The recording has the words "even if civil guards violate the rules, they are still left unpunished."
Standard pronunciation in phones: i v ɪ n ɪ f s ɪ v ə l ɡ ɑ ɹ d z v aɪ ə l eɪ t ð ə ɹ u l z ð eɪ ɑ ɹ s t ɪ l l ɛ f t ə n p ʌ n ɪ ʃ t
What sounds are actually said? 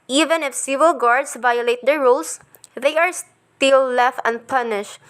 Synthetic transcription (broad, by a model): i v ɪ n ɪ f s ɪ v ə l ɡ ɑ ɹ d s v aɪ ə l eɪ t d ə ɹ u l s ð eɪ ɑ ɹ s t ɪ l l ɛ f t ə n p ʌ n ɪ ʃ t